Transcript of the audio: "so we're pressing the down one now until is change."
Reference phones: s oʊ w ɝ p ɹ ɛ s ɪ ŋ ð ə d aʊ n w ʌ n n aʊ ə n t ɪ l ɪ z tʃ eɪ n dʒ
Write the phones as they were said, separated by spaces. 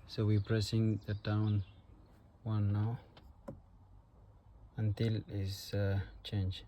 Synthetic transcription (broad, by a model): s oʊ w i p ɹ ɛ s ɪ ŋ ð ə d aʊ n w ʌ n n aʊ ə n t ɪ l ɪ s tʃ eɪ n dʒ